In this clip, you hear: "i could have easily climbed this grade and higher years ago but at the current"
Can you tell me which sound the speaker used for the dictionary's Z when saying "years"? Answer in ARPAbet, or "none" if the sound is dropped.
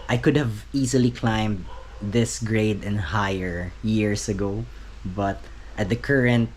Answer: S